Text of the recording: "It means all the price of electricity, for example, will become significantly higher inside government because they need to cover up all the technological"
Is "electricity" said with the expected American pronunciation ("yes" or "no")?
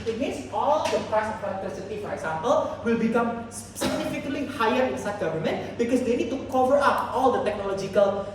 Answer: no